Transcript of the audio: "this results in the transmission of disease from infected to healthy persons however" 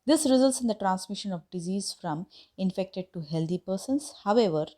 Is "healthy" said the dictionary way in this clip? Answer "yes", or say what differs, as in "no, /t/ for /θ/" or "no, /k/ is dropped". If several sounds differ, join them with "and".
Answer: no, /t/ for /θ/